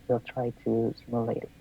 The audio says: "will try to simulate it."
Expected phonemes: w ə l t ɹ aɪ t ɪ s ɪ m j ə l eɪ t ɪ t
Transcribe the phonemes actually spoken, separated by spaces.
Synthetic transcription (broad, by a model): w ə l t ɹ aɪ t ɪ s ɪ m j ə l eɪ ɪ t